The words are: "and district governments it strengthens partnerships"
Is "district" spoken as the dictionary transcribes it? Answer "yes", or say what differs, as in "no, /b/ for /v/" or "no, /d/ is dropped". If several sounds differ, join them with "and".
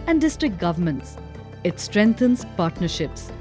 yes